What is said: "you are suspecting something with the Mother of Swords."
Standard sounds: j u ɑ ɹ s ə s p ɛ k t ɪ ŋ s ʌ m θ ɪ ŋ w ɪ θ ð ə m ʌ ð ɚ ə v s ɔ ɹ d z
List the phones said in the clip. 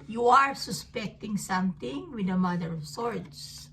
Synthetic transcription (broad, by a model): j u ɑ ɹ s ə s p ɛ k t ɪ ŋ s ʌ m t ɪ ŋ w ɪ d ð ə m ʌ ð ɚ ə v s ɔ ɹ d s